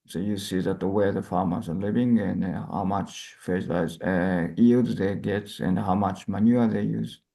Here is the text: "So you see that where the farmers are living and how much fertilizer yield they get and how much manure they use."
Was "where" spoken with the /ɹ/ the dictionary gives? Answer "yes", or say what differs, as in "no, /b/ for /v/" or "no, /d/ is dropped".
no, /w/ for /ɹ/